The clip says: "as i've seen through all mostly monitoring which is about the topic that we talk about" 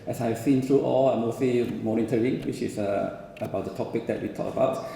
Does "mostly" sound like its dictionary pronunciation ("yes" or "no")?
no